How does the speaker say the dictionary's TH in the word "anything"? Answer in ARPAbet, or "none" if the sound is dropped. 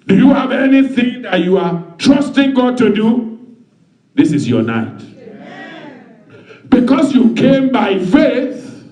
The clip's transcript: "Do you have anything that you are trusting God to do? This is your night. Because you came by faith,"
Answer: TH